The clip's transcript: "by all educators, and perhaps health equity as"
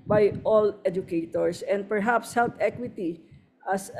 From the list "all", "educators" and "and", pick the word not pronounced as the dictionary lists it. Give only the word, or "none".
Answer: educators